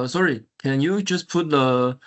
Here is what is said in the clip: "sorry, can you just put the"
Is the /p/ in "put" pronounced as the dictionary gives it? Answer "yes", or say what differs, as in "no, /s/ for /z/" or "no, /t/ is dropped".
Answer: yes